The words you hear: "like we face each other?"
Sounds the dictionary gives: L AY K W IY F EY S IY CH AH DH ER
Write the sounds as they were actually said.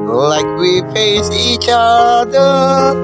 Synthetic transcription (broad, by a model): L AY K W IY P EY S IY CH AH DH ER